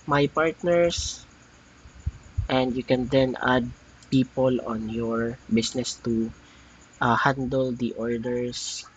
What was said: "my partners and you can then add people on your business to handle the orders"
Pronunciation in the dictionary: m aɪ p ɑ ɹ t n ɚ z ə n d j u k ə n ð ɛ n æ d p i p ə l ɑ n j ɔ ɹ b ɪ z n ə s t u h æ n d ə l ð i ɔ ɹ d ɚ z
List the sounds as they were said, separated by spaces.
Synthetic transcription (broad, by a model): m aɪ p ɑ ɹ t n ɚ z ə n d j u k ə n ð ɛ n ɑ d p i p ə l ɑ n j ɔ ɹ b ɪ s n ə s t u h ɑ n d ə l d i ɔ ɹ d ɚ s